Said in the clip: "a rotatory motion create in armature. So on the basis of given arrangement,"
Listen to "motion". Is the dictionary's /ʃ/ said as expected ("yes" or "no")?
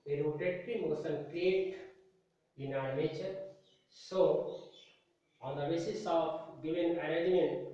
no